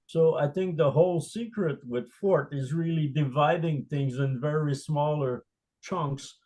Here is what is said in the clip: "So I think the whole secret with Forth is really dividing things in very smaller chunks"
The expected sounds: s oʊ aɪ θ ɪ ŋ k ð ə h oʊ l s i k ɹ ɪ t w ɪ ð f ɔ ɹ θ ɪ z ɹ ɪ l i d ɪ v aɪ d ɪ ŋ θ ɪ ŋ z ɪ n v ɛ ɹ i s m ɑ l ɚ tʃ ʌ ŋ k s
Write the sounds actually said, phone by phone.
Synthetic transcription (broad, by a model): s oʊ aɪ θ ɪ ŋ k ð ə h oʊ l s i k ɹ ɪ t w ɪ ð f ɔ ɹ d ɪ z ɹ ɪ l i d ɪ v aɪ d ɪ ŋ θ ɪ ŋ z ɪ n v ɛ ɹ i s m ɑ l ɚ tʃ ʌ ŋ k s